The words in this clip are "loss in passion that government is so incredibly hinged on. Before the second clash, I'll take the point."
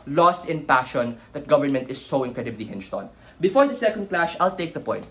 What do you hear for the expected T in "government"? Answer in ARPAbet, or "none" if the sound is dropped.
T